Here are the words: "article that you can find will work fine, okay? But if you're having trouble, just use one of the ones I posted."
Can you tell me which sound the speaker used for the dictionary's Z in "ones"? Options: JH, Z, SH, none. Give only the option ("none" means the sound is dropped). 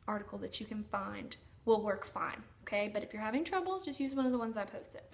Z